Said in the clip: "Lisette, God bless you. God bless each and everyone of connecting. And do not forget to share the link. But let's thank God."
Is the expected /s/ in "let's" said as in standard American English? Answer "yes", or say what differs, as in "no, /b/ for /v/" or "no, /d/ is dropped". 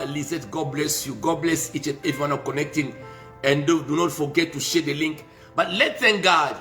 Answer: no, /s/ is dropped